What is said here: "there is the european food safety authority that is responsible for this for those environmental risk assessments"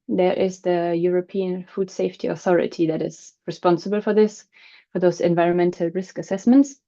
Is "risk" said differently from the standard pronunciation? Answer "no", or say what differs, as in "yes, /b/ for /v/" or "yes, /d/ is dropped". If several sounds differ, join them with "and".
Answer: no